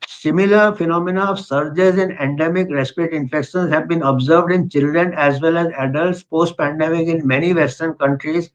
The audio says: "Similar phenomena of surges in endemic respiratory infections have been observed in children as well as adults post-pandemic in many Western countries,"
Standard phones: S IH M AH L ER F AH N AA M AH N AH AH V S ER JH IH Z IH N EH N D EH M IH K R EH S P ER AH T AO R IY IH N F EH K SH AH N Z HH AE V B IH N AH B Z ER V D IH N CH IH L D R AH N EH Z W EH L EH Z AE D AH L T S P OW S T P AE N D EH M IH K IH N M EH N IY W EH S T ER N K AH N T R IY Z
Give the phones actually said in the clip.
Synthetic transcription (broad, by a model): S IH M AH L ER F AH N AA M AH N AH AH V S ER JH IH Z IH N EH N D EH M IH K R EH S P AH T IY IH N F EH K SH AH N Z HH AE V B IH N AH B Z ER V D IH N CH IH L D R AH N EH Z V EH L EH Z AE D AH L T S P OW S T P AE N D EH M IH K IH N M EH N IY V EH S T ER N K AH N T R IY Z